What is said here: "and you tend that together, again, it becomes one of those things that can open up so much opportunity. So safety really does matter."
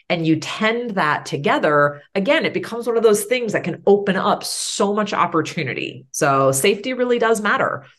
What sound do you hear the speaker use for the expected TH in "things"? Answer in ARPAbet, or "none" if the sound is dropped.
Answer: TH